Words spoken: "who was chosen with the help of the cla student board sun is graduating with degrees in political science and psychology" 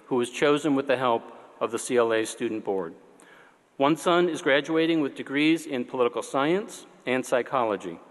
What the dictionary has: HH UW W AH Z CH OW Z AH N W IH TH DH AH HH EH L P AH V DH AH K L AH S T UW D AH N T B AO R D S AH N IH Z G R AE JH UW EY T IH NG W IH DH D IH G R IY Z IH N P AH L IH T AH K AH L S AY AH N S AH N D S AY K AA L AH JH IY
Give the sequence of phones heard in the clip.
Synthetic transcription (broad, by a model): HH UW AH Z CH OW Z AH N W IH DH AH HH EH L P AH V DH AH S L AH S T UW D N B AO R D S AH N IH Z G R AE JH UW EY T IH NG W IH DH D IH G R IY Z IH N P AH L IH T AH K L S AY AH N S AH N S AY K AA L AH JH IY